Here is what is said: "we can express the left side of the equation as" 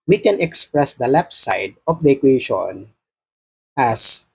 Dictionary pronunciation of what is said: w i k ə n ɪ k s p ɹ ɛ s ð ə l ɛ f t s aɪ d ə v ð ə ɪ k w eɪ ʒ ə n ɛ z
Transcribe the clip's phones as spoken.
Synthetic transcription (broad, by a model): w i k ə n ɪ k s p ɹ ɛ s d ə l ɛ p s aɪ d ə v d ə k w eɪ ʃ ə n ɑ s